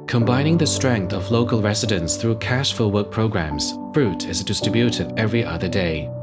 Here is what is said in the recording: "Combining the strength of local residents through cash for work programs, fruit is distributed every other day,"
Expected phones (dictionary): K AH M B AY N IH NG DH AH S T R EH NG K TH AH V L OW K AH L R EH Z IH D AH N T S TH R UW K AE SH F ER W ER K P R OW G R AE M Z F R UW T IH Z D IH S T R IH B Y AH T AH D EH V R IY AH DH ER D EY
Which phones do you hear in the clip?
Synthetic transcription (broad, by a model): K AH M B AY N IH NG DH AH S T R EH NG K TH AH V L OW K AH L R EH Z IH D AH N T S TH R UW K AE SH F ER W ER K P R OW G R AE M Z F R UW T IH Z D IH S T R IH B Y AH T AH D EH V R IY AH DH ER D EY